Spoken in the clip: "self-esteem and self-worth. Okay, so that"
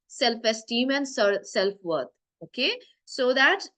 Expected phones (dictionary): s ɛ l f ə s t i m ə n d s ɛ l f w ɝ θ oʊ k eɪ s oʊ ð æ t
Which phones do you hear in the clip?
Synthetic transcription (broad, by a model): s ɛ l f ə s t i m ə n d s ɛ l f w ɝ t oʊ k eɪ s oʊ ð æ t